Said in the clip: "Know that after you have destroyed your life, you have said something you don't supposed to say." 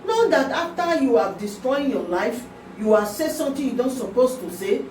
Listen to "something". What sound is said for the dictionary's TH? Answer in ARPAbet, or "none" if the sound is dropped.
T